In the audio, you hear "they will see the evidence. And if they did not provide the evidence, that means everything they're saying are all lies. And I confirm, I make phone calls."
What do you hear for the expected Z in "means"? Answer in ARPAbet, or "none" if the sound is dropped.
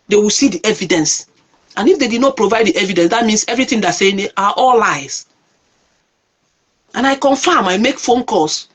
S